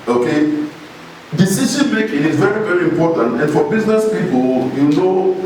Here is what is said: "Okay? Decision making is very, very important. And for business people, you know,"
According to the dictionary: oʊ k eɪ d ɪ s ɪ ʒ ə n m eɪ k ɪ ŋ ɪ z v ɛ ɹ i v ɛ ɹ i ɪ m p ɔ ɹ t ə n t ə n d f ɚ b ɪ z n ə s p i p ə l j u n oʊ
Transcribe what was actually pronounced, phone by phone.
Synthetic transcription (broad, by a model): oʊ k eɪ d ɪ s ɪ s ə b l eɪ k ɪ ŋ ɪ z v ɛ ɹ i v ɛ ɹ i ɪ m p ɔ t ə n t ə n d f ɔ b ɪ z n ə s p i p ə l j u n oʊ